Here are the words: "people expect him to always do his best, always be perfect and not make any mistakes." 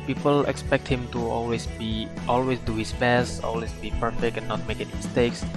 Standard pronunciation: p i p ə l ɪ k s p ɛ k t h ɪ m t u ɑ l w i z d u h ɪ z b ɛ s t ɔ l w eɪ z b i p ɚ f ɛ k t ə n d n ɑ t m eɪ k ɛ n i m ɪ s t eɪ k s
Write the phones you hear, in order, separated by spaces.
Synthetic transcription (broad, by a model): p i p ə l ɪ k s p ɛ k t h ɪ m t u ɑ l w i s d u h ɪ s b ɛ s t ɔ l w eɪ s b i p ɚ f ɛ k t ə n n ɑ t m eɪ k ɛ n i m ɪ s t eɪ k s